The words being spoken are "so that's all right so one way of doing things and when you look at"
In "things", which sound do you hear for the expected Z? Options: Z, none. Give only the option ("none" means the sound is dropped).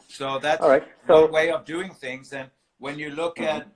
Z